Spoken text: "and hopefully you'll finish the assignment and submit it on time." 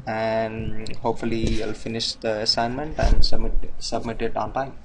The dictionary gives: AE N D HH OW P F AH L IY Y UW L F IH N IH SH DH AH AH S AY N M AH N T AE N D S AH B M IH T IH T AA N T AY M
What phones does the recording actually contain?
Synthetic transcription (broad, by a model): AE N D HH OW P F AH L IY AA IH L F IH N IH SH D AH AH S AY N M AH N T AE N D S AH B M IH T IH T AA N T AY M